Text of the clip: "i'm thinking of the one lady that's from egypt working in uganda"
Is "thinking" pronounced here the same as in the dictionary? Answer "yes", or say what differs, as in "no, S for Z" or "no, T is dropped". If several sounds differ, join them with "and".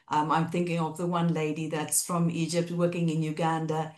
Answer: yes